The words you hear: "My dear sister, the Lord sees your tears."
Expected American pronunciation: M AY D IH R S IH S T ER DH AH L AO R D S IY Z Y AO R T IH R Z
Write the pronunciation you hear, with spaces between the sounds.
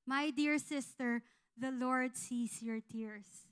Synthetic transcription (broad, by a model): M AY D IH R S IH S T ER DH AH L AO R D S IY S Y AO R T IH R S